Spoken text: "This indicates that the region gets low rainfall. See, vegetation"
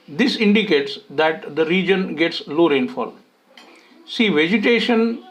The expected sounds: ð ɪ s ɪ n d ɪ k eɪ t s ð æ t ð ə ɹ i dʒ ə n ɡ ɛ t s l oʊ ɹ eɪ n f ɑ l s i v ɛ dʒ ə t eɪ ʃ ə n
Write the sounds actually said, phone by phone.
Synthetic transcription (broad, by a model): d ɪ s ɪ n d ɪ k eɪ t s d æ t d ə ɹ i dʒ ə n ɡ ɛ t s l oʊ ɹ eɪ n f ɑ l s i v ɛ dʒ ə t eɪ ʃ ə n